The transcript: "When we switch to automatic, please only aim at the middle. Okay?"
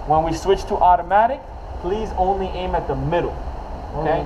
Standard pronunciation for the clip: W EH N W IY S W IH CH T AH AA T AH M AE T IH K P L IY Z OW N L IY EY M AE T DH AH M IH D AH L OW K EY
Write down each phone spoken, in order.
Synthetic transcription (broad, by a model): W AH N W IY S W IH CH T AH AA T AH M AE T IH K P L IY Z OW N L IY EY M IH T DH AH M IH D L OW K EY